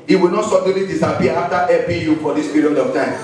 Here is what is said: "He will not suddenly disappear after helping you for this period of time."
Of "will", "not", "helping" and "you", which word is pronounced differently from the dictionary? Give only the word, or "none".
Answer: helping